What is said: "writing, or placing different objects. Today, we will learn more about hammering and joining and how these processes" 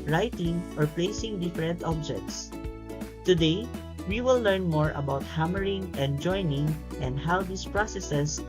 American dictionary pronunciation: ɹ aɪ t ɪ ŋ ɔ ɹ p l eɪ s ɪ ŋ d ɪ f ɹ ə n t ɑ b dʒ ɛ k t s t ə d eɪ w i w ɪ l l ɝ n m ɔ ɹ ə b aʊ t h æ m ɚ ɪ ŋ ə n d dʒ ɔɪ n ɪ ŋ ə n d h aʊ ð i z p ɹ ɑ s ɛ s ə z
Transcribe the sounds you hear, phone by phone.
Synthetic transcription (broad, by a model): ɹ aɪ t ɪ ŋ ɔ ɹ p l eɪ s ɪ ŋ d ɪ f ɹ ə n t ɑ b dʒ ɛ k t s t ə d eɪ w i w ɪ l l ɝ n m ɔ ɹ ə b aʊ t h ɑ m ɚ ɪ ŋ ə n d dʒ ɔɪ n ɪ ŋ ə n d h aʊ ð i s p ɹ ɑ s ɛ s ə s